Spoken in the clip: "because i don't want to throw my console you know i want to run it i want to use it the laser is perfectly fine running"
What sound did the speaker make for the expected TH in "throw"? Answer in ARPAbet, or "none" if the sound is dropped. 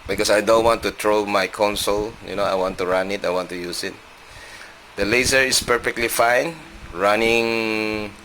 T